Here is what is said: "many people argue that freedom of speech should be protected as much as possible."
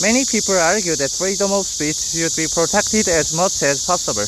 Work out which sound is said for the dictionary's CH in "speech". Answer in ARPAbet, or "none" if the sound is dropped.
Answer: S